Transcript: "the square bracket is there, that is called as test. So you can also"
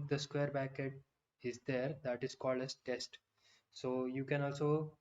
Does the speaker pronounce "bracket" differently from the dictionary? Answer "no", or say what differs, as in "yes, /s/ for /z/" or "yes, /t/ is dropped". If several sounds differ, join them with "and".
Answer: yes, /ɹ/ is dropped